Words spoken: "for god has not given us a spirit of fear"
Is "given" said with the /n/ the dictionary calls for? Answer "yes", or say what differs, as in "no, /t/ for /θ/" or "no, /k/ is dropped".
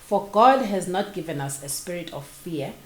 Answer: yes